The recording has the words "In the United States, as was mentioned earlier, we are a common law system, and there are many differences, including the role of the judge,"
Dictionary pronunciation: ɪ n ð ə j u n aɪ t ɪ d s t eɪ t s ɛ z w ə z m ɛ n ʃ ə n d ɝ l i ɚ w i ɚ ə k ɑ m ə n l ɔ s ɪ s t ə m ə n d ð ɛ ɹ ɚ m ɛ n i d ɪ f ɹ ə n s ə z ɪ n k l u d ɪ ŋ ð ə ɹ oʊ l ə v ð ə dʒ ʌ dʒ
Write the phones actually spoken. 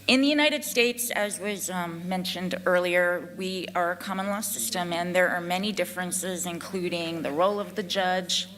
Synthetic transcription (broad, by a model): ɪ n ð ə j u n aɪ t ɪ d s t eɪ t s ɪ z w ə z m ɛ n ʃ ə n d ɝ l i ɚ w i ɚ ə k ɑ m ə n l ɔ s ɪ s t ə m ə n ð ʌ ɹ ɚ m ɛ n i d ɪ f ɹ ə n s ə z ɪ n k l u d ɪ ŋ ð ə ɹ oʊ l ə v ð ə dʒ ʌ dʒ